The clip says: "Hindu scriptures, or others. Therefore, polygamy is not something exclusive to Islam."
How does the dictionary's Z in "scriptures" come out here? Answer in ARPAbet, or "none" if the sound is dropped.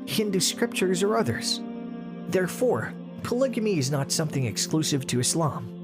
Z